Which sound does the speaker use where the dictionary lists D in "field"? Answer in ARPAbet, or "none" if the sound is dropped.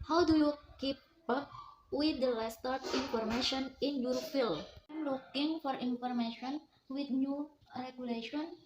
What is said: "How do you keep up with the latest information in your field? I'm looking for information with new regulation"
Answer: none